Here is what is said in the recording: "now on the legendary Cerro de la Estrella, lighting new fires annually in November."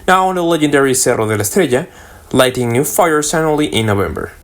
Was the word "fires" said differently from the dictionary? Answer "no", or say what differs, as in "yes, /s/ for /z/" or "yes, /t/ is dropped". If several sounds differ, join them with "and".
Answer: yes, /s/ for /z/